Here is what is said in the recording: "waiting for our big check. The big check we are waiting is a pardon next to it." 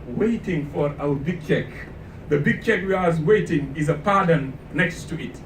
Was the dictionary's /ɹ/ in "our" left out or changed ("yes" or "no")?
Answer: yes